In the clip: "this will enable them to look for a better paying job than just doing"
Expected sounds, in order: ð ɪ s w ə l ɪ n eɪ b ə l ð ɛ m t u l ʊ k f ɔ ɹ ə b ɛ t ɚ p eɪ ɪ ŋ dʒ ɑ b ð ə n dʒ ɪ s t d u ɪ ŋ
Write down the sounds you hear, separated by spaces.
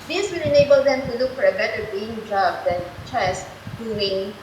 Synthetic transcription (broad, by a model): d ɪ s w ə l ɪ n eɪ b ə l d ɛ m t u l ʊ k f ɔ ɹ ə b ɛ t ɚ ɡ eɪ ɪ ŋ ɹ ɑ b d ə n tʃ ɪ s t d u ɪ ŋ